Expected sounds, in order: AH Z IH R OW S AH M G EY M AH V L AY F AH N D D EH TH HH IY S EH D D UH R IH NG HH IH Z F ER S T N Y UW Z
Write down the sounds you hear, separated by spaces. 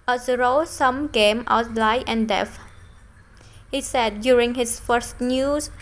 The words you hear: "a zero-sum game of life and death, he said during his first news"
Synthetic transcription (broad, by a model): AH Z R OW S AH M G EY M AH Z L AY AH N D D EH F HH IY S EH D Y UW R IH NG HH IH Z F ER S T N Y UW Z